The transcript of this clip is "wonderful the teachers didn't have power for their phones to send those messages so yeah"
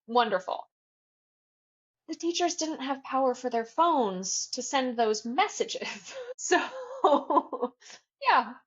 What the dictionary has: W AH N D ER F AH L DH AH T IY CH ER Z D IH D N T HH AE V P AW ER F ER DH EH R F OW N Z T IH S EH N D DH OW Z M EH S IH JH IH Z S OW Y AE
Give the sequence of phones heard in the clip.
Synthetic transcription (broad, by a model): W AH N D ER F L DH AH T IY CH ER Z D IH D N T HH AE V P AW ER F ER DH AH R F OW N Z T IH S EH N DH OW Z M EH S IH JH IH Z S OW Y AE